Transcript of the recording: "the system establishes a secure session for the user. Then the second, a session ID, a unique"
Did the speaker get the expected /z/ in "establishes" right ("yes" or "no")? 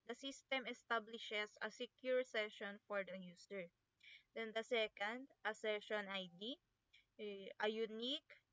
no